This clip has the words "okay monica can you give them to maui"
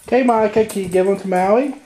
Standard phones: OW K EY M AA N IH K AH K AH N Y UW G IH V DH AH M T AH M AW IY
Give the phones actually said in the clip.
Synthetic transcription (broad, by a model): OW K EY M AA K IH AH K AH N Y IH G IH V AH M T AH M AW IY